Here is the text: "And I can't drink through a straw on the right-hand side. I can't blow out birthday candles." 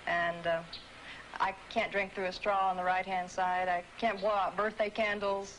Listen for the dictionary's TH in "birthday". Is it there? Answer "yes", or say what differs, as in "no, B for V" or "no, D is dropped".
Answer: yes